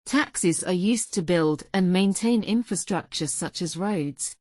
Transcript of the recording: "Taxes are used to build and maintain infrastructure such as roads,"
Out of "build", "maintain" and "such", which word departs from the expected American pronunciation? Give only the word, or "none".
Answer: none